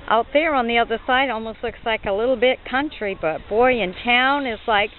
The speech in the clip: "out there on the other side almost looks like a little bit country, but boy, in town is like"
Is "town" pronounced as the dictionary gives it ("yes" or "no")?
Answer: yes